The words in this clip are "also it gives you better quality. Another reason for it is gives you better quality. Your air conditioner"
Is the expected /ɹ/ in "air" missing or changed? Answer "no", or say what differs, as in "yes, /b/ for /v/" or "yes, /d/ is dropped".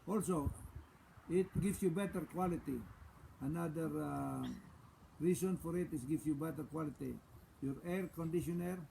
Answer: no